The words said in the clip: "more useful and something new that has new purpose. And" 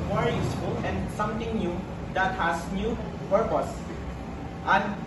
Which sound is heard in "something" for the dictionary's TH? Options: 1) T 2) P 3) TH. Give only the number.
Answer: 1